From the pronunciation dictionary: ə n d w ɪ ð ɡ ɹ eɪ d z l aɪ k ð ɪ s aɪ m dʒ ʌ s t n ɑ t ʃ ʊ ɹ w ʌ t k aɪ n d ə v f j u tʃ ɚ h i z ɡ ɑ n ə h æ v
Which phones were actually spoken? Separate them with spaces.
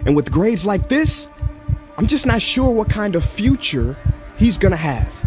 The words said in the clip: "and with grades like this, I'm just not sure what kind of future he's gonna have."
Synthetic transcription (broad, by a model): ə n w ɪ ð ɡ ɹ eɪ d z l aɪ k ð ɪ s aɪ m dʒ ʌ s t n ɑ t ʃ ʊ ɹ w ʌ t k aɪ n d ə v f j u tʃ ɚ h i z ɡ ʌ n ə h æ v